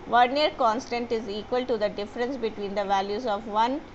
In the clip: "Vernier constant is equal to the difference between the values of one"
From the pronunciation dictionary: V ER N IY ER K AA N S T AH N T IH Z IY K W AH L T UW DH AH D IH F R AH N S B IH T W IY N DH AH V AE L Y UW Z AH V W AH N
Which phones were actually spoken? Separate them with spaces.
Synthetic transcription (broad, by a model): V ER N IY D K AA N S T AH N T IH Z IY K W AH L T UW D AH D IH F R AH N S B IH T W IY N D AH V AE L Y UW Z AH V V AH N